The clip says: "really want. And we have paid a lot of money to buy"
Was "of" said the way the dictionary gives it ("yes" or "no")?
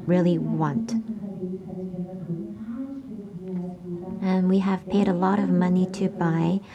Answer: yes